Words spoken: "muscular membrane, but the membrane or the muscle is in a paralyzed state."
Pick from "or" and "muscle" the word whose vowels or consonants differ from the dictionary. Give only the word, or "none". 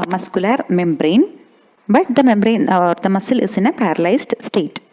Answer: none